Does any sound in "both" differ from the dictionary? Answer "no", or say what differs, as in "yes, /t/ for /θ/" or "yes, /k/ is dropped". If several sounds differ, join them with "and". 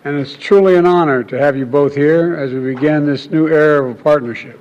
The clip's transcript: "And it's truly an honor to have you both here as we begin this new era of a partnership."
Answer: no